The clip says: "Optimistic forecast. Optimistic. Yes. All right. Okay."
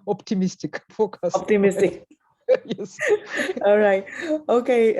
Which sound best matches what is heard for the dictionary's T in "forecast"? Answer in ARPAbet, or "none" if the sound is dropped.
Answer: none